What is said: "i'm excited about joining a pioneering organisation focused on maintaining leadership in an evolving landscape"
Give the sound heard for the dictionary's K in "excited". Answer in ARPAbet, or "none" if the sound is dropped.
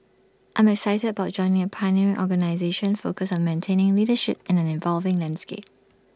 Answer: K